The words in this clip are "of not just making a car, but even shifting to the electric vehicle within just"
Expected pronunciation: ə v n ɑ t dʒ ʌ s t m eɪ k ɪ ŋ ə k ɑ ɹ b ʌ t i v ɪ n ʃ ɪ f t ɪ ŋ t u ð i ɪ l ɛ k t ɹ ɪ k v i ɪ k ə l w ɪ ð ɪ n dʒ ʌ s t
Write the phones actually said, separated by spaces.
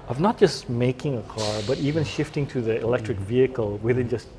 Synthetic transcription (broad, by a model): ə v n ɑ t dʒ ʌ s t m eɪ k ɪ ŋ ə k ɑ ɹ b ʌ t i v ɪ n ʃ ɪ f t ɪ ŋ t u ð i ɪ l ɛ k t ɹ ɪ k v i ɪ k ə l w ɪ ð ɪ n dʒ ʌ s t